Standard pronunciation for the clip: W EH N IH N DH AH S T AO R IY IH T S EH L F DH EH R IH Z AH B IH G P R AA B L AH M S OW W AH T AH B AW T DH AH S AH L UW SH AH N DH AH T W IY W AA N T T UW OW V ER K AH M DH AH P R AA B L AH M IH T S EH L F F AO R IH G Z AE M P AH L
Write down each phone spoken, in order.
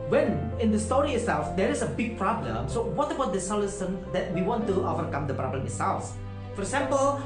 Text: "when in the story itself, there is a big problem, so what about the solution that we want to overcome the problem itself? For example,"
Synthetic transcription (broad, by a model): W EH N IH N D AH S T AO R IY IH T S EH L F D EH R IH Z AH B IH G P R AA B L AH M S OW W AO T AH B AW T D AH S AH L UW S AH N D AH T W IY W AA N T T UW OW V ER K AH M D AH P R AA B L AH M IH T S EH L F F AO R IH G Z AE M P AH L